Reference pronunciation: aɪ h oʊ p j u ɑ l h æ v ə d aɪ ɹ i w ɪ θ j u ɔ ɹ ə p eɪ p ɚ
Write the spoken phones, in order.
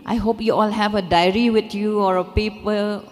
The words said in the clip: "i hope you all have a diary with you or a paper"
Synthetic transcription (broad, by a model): aɪ h oʊ p j u ɑ l h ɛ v ə d aɪ ɹ i w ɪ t j u ɔ ɹ ə p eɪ p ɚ